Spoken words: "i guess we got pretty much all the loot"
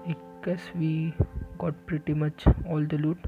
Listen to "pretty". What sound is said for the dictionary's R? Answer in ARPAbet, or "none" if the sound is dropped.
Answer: R